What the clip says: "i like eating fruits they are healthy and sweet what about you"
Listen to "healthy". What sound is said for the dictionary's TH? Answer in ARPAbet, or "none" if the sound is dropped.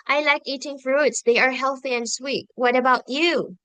TH